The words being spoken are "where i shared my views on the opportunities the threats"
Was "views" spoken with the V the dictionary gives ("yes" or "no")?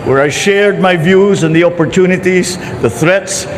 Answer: yes